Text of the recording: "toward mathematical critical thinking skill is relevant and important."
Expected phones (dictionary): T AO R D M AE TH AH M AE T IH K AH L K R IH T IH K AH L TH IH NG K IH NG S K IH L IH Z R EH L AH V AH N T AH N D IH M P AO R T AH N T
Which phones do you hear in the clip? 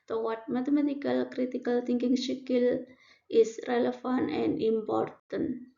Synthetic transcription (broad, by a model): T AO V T M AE T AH M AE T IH K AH L K R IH T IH K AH L T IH NG K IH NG SH K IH L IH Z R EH L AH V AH N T AH N D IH M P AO R T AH N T